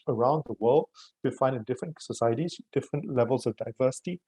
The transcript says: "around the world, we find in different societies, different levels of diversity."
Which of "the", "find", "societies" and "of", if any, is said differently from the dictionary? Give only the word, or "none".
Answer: none